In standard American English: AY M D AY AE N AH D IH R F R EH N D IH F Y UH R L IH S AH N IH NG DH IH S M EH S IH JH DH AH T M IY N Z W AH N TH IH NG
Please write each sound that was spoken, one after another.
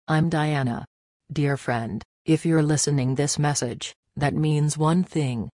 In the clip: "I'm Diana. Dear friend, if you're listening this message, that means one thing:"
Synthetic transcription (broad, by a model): AY M D AY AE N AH D IH R F R EH N D IH F Y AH R L IH S AH N IH NG DH IH S M EH S IH JH DH AH T M IY N Z W AH N TH IH NG